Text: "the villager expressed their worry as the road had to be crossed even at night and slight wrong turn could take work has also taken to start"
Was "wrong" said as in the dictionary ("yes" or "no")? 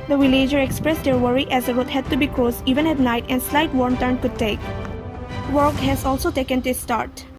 no